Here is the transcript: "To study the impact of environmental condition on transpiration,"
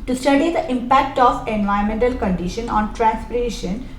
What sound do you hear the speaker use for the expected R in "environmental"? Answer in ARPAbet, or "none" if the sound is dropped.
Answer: none